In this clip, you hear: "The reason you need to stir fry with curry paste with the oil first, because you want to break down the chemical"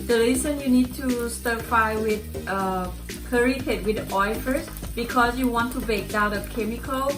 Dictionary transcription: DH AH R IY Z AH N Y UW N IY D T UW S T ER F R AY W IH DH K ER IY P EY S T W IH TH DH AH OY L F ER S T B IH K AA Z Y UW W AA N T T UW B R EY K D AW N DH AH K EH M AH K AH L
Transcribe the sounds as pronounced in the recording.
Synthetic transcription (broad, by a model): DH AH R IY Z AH N Y UW N IY D T UW S T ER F AY W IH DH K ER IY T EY T W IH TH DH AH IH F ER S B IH K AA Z Y UW W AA N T T UW B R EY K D AW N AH K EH M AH K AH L